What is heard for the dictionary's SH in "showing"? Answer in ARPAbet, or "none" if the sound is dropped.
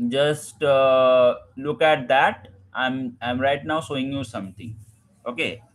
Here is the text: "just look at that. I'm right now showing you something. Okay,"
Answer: S